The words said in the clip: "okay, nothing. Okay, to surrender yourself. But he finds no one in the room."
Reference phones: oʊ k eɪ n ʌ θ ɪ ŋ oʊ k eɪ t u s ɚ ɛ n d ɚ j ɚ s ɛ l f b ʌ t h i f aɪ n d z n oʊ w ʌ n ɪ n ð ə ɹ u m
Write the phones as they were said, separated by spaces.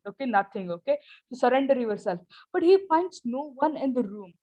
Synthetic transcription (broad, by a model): oʊ k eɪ n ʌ t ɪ ŋ oʊ k eɪ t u s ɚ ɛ n d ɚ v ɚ s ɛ l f b ʌ t h i p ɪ n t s n oʊ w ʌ n ɪ n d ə ɹ u m